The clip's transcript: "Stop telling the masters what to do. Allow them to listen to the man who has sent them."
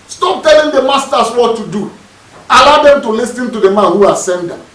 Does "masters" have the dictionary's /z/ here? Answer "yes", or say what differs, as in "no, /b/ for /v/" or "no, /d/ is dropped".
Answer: no, /s/ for /z/